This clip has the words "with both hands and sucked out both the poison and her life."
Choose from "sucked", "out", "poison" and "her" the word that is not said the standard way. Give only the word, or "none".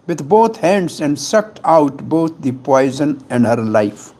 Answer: none